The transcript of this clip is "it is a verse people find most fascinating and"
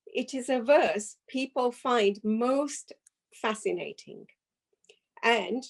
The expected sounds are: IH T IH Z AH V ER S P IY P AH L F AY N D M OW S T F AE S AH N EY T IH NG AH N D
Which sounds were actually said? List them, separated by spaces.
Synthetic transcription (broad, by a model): IH T IH Z AH V ER S P IY P AH L F AY N M OW S T F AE S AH N EY T IH NG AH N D